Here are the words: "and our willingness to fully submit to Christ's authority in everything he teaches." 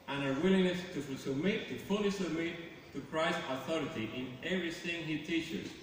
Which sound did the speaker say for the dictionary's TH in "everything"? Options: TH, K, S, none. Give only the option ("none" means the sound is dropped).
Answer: S